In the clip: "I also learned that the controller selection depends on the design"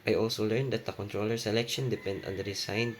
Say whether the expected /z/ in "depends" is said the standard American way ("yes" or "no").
no